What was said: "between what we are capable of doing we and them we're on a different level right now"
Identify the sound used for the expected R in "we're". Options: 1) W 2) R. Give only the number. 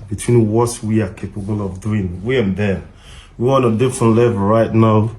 1